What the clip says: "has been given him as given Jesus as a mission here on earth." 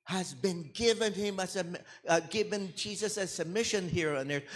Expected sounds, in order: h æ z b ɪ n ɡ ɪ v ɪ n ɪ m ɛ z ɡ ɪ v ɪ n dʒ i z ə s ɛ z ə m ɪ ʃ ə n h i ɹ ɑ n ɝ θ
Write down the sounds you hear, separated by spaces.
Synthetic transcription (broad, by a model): h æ z b ɪ n ɡ ɪ v ɪ n ɪ m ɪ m ɡ ɪ v ɪ n dʒ i z ə s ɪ s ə m ɪ ʃ ə n h i ɹ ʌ n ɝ